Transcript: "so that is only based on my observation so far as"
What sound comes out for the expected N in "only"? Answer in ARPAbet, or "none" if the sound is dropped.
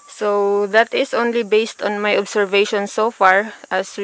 N